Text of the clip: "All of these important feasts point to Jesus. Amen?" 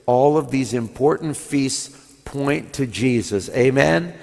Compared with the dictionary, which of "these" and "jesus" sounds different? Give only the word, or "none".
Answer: none